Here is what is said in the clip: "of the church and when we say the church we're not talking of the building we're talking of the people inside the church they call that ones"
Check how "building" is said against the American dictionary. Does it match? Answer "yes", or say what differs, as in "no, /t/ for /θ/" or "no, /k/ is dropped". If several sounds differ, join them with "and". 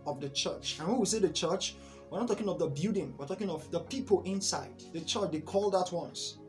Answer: no, /l/ is dropped